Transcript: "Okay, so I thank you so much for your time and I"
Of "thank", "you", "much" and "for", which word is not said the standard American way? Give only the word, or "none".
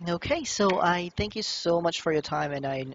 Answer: none